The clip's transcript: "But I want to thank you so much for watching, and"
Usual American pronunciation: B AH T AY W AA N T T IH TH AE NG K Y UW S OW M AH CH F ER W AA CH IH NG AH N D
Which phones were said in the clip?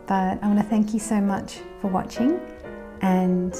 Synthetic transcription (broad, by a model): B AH T AY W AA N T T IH TH AE NG K Y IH S OW M AH CH F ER W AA CH IH NG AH N